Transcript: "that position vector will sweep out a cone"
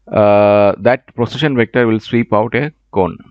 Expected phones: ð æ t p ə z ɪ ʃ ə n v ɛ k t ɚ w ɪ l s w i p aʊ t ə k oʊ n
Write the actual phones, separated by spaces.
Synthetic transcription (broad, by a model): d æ t p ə s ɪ ʃ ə n v ɛ k t ɚ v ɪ l s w i p aʊ t ə k oʊ n